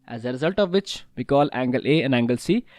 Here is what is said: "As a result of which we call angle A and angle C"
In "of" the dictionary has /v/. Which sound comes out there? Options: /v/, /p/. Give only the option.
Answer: /v/